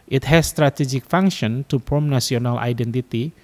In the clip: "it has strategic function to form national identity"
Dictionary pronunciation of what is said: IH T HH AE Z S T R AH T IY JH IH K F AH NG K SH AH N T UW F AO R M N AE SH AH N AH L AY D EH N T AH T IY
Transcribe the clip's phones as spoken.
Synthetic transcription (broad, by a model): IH T HH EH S T R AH T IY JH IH K F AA NG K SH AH N T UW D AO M N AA S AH N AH L AY D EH N T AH T IY